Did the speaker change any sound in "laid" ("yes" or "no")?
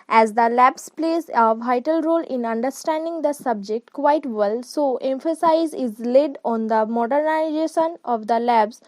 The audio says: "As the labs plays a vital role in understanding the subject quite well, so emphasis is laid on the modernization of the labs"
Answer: no